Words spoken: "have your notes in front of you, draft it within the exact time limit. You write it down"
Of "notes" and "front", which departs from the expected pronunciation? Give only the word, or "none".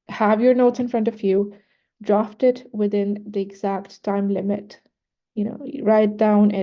none